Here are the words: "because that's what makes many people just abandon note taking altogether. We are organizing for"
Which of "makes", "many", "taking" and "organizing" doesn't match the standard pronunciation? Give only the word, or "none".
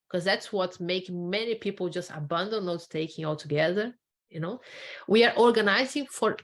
makes